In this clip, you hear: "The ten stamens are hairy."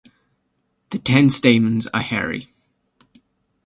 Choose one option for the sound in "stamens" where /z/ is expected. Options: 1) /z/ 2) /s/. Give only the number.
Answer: 1